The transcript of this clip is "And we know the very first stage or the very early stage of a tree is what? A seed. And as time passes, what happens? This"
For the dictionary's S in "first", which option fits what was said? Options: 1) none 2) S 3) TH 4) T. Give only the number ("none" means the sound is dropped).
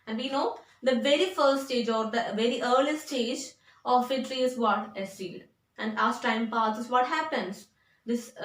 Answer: 1